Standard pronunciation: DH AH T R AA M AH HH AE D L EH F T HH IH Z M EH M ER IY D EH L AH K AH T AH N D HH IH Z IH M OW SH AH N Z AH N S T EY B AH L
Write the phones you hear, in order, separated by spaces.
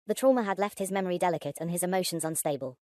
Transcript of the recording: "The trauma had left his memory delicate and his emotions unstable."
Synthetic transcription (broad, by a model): DH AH T R AA M AH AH D L EH F T HH IH Z M EH M ER IY D EH L AH K AH T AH N IH Z IH M OW SH AH N Z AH N S T EY B AH L